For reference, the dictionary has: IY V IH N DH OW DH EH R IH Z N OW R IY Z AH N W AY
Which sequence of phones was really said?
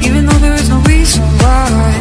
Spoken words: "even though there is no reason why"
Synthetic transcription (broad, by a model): IY V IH N DH OW DH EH R IH Z N OW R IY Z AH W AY